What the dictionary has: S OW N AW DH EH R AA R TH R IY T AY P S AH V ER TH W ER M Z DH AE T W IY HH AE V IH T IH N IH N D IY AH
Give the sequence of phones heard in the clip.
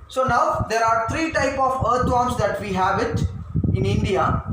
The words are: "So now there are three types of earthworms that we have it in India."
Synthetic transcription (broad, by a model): S OW N AW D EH R AA R T R IY T AY P AH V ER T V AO M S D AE T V IY HH AE V IH T IH N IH N D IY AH